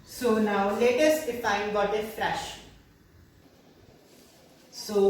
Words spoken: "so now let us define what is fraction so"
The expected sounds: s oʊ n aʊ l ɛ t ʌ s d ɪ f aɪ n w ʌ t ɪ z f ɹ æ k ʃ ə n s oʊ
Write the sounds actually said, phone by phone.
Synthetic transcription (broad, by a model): s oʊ n aʊ l ɛ t ʌ s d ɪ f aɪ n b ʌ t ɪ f ɹ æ ʃ s oʊ